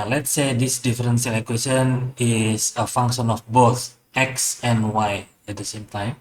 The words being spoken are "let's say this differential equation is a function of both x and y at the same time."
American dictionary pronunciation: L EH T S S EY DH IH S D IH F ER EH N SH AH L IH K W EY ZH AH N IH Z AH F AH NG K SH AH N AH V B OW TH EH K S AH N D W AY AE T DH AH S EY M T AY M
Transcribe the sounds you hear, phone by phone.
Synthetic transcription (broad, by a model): L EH T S S EY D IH S D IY F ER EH N S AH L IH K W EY S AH N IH S AH F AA NG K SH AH N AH F B OW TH EH K S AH N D W AY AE T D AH S EY M T AY M